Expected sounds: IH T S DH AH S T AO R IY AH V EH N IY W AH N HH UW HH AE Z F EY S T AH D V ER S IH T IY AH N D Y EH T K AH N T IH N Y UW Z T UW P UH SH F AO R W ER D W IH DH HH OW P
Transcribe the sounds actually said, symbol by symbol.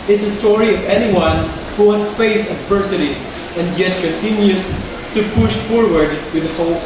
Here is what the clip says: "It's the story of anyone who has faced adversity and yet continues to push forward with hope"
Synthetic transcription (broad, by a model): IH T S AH S T AO R IY AH V EH N IY W AH N HH UW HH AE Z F EY S AH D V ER S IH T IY AH N D Y EH T K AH N T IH N Y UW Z T UW P UH SH F AO R W ER D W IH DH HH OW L